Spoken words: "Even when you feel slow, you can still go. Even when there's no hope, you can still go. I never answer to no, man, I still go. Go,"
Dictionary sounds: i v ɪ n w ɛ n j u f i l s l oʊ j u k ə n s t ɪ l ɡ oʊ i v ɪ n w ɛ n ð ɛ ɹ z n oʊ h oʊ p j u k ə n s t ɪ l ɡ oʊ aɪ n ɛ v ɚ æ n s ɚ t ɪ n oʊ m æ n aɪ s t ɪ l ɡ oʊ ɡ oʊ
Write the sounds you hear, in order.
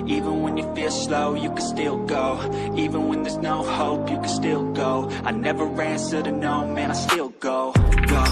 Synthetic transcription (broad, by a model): i v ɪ n w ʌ n j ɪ f i l s l oʊ j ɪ k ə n s t ɪ l ɡ oʊ i v ɪ n w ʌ n ð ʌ ɹ z n oʊ h oʊ p j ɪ k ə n s t ɪ l ɡ oʊ aɪ n ɛ v ɚ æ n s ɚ t ɪ n oʊ m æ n aɪ s t ɪ l ɡ oʊ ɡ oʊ